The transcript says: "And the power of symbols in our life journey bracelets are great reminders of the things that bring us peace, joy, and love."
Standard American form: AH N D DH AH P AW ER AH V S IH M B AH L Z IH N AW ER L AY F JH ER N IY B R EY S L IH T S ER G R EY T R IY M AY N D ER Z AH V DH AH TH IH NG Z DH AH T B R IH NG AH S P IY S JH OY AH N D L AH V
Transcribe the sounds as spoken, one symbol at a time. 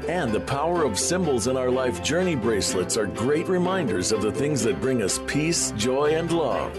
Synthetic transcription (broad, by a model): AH N DH AH P AW ER AH V S IH M B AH L Z IH N AW ER L AY F JH ER N IY B R EY S L IH T S ER G R EY T R IY M AY N D ER Z AH V DH AH TH IH NG Z DH AH T B R IH NG AH S P IY S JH OY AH N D L AH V